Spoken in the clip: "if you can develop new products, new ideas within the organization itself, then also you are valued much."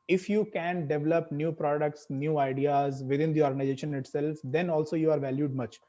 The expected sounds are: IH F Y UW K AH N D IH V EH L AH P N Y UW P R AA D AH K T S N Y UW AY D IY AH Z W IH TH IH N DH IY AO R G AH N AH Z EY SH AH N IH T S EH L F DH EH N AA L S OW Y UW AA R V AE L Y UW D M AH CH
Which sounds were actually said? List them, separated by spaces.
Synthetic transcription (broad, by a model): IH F Y UW K AH N D IH V EH L AH P N Y UW P R AA D AH K T S N Y UW AY D IY AH Z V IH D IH N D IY AO R G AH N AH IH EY SH AH N IH T S EH L F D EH N AA L S OW Y UW AA R V AE L Y UW D M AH CH